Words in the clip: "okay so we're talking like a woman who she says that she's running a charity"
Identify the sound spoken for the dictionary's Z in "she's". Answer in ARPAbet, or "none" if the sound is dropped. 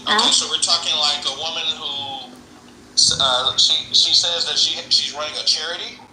Z